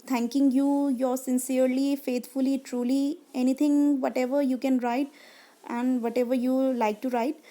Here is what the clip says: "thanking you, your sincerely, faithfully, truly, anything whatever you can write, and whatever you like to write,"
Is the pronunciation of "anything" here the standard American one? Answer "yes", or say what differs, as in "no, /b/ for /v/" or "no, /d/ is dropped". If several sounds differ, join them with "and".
no, /t/ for /θ/